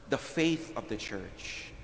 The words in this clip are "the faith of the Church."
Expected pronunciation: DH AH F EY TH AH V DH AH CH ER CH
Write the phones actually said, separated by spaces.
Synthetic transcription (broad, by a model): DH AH F EY TH AH V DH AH CH ER CH